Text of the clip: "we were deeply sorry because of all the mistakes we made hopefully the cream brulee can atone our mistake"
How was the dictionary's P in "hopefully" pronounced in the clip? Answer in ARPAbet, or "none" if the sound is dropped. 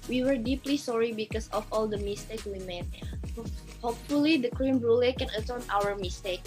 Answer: P